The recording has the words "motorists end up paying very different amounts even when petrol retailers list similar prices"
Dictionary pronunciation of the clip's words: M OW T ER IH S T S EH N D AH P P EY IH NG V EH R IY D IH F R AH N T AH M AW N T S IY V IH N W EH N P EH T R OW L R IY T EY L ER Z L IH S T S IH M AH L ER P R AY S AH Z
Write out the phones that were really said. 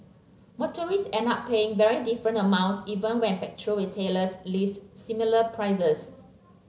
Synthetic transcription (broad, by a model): M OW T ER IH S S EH N AA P P EY IH NG V EH R IY D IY F R AH N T AH M AW N T S IY V IH N W EH N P EH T R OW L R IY T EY L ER S L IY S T S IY M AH L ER P R AY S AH S